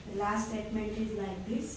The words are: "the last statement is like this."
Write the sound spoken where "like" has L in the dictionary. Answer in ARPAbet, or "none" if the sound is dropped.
N